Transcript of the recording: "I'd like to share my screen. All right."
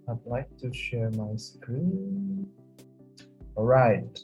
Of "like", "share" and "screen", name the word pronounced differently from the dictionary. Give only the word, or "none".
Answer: screen